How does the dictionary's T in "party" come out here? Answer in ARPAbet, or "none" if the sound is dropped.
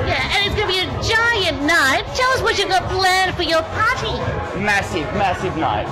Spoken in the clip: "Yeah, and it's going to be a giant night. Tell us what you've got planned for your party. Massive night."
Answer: S